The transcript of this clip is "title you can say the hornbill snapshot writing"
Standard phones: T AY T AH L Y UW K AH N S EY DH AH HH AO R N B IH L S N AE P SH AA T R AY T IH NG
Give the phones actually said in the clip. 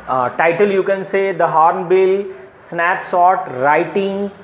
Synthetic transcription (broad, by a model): T AY T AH L Y UW K AH N S EY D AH HH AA R N B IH L S N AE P S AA T R AY T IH NG